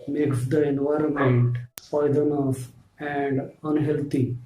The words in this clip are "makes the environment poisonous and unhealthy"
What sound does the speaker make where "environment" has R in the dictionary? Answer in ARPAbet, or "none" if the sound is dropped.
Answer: R